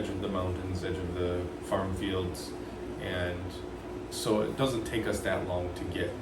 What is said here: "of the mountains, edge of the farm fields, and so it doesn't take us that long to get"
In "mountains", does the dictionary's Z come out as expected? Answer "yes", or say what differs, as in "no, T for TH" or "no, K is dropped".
yes